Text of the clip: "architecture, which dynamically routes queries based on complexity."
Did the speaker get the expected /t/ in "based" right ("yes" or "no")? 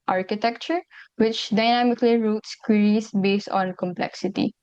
yes